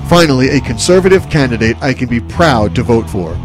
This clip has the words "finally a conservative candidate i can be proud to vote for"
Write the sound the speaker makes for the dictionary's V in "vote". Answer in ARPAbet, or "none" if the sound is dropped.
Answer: V